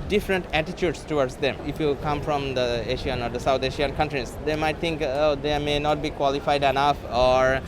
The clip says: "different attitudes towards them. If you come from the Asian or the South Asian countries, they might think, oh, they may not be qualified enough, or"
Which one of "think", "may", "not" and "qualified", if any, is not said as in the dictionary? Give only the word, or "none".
think